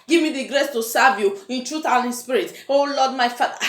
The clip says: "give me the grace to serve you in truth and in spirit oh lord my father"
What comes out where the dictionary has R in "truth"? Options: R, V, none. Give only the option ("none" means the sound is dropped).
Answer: R